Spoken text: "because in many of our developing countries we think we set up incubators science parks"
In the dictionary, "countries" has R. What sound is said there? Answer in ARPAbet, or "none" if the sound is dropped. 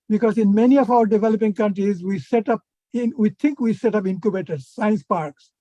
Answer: R